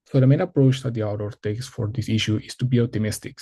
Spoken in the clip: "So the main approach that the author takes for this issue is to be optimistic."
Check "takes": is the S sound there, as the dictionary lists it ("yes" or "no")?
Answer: yes